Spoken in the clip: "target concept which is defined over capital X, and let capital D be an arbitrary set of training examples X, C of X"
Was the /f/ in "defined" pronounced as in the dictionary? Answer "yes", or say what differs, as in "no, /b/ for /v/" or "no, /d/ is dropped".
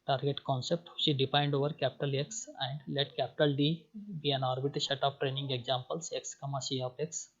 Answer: no, /p/ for /f/